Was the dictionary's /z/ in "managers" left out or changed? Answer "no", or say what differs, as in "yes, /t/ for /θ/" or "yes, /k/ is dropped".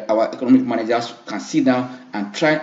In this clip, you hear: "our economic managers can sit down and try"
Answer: yes, /s/ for /z/